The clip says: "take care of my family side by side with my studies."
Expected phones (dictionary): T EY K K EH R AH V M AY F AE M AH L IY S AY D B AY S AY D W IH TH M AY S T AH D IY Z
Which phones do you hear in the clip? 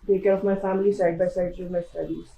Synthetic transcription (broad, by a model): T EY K K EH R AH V M AY F AE M AH L IY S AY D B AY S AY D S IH M AY S T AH D IY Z